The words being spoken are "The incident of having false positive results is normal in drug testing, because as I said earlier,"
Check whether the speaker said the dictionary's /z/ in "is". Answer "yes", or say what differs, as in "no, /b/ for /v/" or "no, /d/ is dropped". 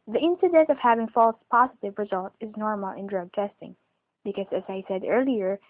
yes